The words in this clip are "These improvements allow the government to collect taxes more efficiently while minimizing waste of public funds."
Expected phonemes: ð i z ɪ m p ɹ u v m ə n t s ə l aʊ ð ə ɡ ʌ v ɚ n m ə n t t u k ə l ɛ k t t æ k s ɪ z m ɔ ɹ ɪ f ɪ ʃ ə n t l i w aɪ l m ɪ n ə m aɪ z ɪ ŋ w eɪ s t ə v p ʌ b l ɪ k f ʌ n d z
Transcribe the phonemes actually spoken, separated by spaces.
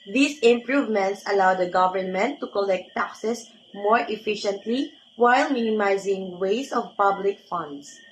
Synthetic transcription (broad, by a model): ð i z ɪ m p ɹ u v m ə n t s ə l aʊ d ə ɡ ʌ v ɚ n m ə n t t u k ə l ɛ k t t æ k s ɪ s m ɔ ɹ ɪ f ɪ ʃ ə n t l i w aɪ l m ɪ n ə m aɪ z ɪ ŋ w eɪ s ə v p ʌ b l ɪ k f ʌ n d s